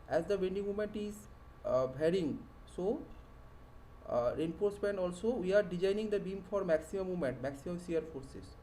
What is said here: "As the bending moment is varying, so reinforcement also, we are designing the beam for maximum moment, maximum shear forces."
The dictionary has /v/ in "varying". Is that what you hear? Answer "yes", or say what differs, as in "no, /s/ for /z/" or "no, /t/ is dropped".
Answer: no, /b/ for /v/